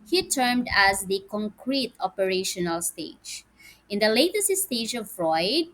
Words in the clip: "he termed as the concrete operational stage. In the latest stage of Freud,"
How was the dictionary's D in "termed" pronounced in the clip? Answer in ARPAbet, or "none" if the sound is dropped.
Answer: D